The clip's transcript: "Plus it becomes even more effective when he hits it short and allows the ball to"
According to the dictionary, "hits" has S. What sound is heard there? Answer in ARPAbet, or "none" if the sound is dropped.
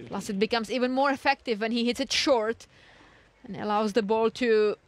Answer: S